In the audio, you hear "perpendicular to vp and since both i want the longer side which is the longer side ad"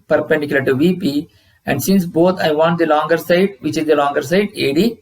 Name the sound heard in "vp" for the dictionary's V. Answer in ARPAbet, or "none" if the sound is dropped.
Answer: V